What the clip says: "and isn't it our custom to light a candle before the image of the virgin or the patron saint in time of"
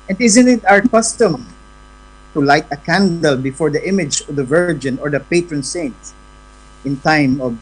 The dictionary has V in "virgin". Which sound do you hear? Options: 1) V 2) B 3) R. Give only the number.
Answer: 1